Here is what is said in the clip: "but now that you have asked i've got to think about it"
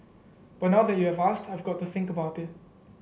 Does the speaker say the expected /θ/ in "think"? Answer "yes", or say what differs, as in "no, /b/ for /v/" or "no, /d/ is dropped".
yes